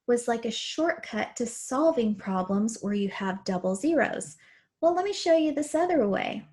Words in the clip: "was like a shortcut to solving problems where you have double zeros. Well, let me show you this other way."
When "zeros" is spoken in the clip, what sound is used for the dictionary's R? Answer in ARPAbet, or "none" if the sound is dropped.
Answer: R